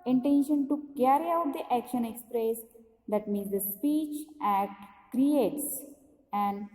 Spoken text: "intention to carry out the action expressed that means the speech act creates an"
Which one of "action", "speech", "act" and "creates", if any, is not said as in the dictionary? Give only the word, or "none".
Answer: act